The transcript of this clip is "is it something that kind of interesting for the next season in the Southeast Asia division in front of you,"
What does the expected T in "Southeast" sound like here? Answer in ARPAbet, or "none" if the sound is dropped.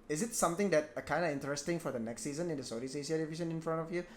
none